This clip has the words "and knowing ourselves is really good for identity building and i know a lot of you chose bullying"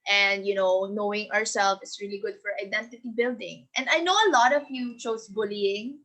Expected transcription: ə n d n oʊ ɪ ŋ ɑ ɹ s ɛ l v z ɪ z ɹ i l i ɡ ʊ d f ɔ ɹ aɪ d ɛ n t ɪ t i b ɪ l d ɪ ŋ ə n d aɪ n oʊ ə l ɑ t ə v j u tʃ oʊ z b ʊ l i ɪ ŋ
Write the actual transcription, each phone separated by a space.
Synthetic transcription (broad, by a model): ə n d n oʊ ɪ ŋ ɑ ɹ s ɛ l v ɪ s ɹ i l i ɡ ʊ d f ɔ ɹ aɪ d ɛ n t ɪ t i b ɪ l d ɪ ŋ ə n d aɪ n oʊ ə l ɑ t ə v j u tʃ oʊ s b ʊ l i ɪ ŋ